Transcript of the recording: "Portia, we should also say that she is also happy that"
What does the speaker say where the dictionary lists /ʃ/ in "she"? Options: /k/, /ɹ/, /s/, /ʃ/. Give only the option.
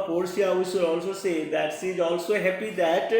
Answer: /s/